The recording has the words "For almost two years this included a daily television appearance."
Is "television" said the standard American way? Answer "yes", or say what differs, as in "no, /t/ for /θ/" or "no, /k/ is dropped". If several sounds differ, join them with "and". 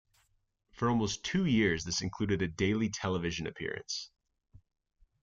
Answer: yes